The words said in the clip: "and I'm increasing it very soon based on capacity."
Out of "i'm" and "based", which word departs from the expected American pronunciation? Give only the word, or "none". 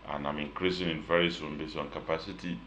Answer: based